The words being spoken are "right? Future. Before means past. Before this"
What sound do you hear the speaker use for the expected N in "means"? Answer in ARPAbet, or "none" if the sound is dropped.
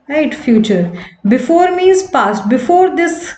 none